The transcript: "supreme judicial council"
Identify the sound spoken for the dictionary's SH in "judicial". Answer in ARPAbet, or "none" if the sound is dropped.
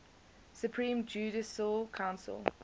S